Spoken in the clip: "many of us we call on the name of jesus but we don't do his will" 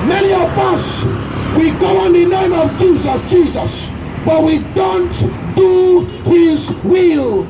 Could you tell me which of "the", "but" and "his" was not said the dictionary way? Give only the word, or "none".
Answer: none